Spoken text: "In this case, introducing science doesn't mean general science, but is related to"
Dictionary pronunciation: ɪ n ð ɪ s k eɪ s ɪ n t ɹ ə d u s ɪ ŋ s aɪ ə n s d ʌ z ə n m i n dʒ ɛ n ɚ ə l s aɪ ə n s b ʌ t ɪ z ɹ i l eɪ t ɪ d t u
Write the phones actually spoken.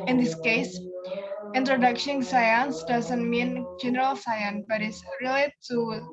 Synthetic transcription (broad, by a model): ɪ n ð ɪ s k eɪ s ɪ n t ɹ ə d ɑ ʃ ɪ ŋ s aɪ ə n s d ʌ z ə n m i n dʒ ɛ n ɚ ə l s aɪ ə n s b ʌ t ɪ s ɹ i l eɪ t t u